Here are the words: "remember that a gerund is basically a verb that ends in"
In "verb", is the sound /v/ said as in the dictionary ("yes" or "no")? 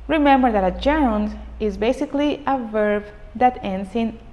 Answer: yes